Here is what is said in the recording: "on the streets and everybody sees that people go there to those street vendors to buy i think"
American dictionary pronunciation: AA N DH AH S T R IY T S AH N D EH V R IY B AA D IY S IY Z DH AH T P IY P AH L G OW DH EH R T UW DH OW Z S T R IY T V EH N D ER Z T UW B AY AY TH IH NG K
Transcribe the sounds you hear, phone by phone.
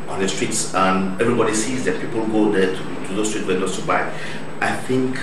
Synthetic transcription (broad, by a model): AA N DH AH S T R IY T S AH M EH V R IY B AA D IY S IY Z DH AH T P IY P AH L G OW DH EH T T UW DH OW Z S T R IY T W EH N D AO S T UW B AY AY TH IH NG K